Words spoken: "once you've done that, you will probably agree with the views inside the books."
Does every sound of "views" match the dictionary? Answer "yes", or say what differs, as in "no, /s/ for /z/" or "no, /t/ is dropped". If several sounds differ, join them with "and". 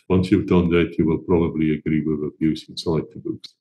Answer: no, /b/ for /v/